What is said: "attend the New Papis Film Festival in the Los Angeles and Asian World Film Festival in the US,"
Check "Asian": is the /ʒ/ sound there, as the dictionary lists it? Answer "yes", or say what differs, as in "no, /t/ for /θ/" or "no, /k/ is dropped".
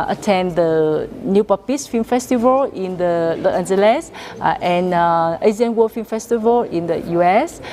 no, /z/ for /ʒ/